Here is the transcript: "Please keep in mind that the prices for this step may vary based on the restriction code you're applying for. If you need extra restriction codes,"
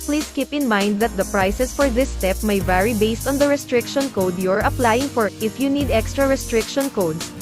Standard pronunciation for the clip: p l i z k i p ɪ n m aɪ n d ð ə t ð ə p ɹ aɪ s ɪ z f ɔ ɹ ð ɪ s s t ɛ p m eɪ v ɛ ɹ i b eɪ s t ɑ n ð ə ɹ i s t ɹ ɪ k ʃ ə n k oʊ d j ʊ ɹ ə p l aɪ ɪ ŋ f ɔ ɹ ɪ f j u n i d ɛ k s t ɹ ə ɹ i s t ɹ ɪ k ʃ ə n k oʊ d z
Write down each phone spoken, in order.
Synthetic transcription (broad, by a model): p l i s k i p ɪ n m aɪ n d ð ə t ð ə p ɹ aɪ s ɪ s f ɔ ɹ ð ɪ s s t ɛ p m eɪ v ɛ ɹ i b eɪ s t ɑ n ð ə ɹ i s t ɹ ɪ k ʃ ə n k oʊ d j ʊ ɹ ə p l aɪ ɪ ŋ f ɔ ɹ ɪ f j u n i d ɛ k s t ɹ ə ɹ i s t ɹ ɪ k ʃ ə n k oʊ d